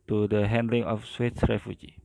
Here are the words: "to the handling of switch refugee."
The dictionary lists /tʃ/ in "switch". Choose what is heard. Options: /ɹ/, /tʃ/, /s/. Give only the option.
/s/